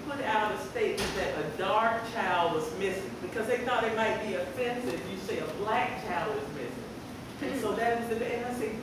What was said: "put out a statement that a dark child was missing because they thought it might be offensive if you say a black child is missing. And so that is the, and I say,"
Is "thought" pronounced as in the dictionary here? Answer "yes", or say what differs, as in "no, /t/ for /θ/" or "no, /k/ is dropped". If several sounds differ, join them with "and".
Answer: yes